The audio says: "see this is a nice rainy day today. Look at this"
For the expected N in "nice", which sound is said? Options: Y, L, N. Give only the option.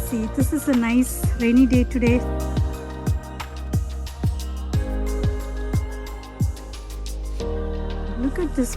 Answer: N